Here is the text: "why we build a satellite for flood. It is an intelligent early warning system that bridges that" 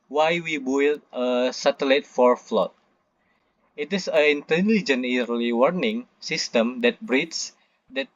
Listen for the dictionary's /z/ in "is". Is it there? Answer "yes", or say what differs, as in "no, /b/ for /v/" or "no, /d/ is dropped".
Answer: no, /s/ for /z/